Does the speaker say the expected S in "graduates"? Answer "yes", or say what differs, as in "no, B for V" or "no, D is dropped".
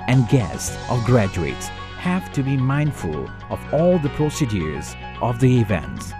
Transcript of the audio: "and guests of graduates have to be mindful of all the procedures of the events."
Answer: yes